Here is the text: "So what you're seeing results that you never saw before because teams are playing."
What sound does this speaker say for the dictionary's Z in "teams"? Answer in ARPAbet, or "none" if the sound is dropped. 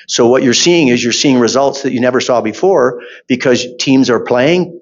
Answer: Z